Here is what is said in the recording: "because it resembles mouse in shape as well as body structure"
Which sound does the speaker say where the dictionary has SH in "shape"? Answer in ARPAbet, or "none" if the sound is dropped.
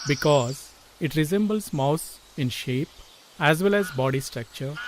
SH